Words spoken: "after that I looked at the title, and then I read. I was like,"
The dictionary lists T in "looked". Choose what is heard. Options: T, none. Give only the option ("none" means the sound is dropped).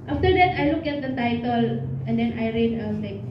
none